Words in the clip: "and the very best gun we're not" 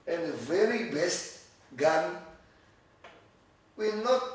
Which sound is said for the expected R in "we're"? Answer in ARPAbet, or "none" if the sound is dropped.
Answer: L